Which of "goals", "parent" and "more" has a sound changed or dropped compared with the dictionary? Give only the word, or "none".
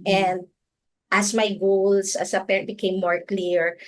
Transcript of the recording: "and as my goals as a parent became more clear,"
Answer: goals